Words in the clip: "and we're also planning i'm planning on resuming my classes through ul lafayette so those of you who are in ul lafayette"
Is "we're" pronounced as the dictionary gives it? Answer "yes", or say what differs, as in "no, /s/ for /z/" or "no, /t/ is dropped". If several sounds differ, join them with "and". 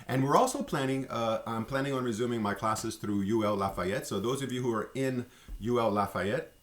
yes